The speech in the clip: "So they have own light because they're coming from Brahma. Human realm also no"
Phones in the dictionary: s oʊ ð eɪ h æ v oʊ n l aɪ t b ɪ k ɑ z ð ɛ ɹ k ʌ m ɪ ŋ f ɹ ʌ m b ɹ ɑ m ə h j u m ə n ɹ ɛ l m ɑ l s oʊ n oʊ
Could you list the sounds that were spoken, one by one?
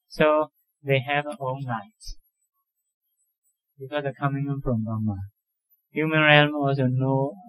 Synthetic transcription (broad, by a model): s oʊ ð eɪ h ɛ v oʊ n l aɪ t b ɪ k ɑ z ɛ k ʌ m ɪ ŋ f ɹ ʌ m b ɑ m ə h j u m ə n ɹ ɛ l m ɑ l s oʊ n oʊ